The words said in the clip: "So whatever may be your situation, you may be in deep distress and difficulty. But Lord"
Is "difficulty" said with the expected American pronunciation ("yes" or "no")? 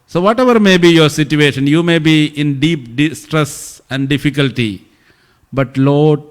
yes